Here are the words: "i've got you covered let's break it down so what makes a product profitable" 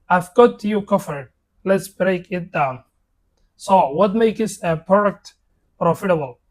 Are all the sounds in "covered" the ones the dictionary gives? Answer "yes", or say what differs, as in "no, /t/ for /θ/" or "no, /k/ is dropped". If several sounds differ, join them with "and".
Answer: no, /f/ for /v/